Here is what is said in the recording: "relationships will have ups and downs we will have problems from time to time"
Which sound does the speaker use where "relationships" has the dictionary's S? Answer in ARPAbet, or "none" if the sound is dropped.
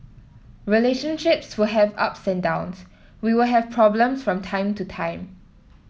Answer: S